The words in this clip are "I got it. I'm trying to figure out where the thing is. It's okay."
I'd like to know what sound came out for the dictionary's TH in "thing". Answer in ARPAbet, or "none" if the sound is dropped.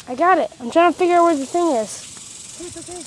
TH